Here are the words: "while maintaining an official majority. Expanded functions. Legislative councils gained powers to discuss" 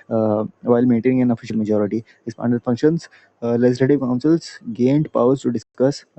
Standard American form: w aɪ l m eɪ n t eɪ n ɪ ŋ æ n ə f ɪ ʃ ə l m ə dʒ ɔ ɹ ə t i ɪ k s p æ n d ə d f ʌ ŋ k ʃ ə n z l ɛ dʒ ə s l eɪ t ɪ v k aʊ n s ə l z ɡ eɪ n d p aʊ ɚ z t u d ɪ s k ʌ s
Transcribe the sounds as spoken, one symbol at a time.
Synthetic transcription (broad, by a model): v aɪ l m eɪ n t eɪ n ɪ ŋ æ n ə f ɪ ʃ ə l m ə dʒ ɔ ɹ ə t i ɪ s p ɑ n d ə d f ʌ ŋ k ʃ ə n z l ɛ dʒ ə s l eɪ t ɪ v k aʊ n s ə l s ɡ eɪ n d p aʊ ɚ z t u d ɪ s k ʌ s